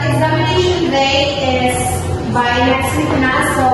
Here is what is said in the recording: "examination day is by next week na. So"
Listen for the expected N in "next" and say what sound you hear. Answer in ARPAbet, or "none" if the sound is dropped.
L